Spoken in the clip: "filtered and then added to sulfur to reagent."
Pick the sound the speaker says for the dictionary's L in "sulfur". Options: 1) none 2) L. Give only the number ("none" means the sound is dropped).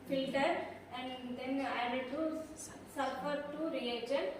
1